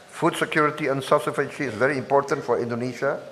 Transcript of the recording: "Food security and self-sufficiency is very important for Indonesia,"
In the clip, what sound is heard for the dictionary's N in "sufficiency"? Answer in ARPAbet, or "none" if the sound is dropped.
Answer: none